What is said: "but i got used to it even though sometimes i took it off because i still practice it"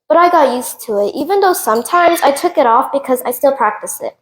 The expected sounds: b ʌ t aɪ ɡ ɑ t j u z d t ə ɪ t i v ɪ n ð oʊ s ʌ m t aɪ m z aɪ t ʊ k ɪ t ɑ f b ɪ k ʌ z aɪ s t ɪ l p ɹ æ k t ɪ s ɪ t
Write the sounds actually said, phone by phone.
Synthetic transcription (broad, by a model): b ʌ t aɪ ɡ ɑ t j u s t ə ɪ t i v ɪ n ð oʊ s ʌ m t aɪ m z aɪ t ʊ k ɪ t ɑ f b ɪ k ʌ z aɪ s t ɪ l p ɹ æ k t ɪ s ɪ t